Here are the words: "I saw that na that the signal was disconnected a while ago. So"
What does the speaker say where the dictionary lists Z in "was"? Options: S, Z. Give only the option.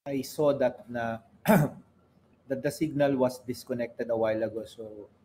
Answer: S